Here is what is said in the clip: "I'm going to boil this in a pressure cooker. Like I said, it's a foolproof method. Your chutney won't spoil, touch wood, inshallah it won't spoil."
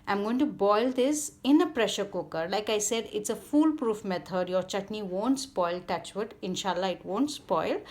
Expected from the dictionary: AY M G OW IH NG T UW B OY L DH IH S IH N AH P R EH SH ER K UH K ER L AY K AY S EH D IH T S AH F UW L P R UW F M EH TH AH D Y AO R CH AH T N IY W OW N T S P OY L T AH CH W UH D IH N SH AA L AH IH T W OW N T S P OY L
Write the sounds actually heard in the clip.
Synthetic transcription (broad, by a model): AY M G OW IH NG T UW B OY L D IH S IH N AH P R EH SH ER K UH K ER L AY K AY S EH D IH T S AH F UW L P R UW F M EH T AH D Y AO R CH AH T N IY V OW N T S P OY L T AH CH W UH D IH N SH AA L AH IH T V OW N T S P OY L